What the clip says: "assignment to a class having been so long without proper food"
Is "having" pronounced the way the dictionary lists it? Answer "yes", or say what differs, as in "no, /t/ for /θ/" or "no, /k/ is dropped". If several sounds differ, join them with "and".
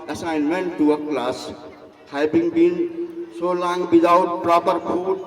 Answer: no, /b/ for /v/